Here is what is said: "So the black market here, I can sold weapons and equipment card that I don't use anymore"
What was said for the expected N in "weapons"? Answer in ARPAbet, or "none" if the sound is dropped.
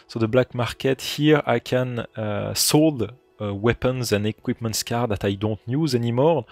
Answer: N